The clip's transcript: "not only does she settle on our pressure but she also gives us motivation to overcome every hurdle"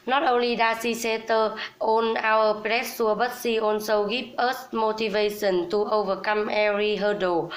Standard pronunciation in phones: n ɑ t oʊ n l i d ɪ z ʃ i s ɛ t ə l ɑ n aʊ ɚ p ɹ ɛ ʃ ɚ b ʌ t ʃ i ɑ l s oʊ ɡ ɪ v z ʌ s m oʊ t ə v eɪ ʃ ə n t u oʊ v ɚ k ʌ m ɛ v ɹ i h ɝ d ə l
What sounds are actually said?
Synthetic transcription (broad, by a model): n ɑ t oʊ n l i d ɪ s i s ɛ t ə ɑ n aʊ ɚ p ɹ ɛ s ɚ b ʌ t s i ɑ n s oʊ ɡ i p ʌ s m oʊ t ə v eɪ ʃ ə n t u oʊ v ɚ k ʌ m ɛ ɹ i h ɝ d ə